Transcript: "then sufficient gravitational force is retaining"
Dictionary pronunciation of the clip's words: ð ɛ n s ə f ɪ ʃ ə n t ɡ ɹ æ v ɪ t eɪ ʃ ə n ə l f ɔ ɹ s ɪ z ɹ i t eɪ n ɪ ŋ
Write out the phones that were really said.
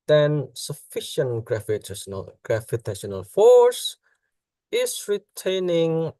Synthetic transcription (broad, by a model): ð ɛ n s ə f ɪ ʃ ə n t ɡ ɹ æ f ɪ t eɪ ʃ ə n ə l f ɔ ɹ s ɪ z ɹ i t eɪ n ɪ ŋ